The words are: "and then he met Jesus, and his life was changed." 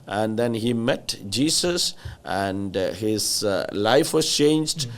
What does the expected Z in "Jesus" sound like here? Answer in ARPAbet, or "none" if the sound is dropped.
S